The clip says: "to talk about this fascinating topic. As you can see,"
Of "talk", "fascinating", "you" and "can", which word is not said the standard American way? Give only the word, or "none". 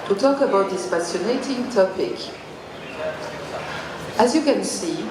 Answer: fascinating